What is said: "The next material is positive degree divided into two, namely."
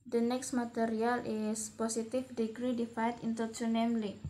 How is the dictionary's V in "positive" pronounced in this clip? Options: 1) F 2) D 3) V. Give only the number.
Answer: 1